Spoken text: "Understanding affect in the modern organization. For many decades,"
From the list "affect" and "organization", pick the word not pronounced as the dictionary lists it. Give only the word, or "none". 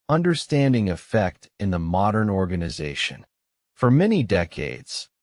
none